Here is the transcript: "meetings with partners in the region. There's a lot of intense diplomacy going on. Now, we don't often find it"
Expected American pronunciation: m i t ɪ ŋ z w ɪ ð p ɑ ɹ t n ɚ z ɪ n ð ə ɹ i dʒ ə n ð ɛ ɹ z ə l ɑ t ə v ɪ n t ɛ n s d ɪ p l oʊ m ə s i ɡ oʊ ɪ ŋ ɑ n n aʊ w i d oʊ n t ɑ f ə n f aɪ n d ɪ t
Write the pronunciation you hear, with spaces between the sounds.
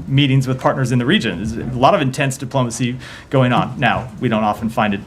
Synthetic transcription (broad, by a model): m i t ɪ ŋ z w ɪ ð p ɑ ɹ t n ɚ z ɪ n ð ə ɹ i dʒ ə n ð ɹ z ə l ɑ t ə v ɪ n t ɛ n s d ɪ p l oʊ m ə s i ɡ oʊ ɪ ŋ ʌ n n aʊ w i d oʊ n t ɑ f n f aɪ n d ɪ t